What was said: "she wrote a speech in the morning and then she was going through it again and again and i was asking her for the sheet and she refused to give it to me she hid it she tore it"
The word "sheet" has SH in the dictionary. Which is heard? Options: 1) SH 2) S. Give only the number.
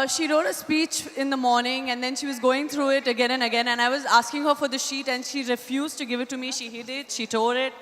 1